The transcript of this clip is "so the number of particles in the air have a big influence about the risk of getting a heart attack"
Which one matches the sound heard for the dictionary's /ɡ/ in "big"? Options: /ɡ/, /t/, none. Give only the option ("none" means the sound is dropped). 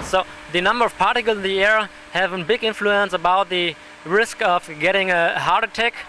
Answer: /ɡ/